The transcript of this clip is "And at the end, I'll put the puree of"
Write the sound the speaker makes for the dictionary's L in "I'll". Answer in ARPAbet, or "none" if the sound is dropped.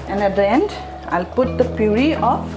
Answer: L